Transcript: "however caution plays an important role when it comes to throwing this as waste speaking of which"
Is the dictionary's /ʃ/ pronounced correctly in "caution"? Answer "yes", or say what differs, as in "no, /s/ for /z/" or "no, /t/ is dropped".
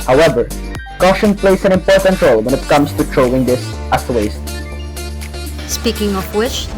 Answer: yes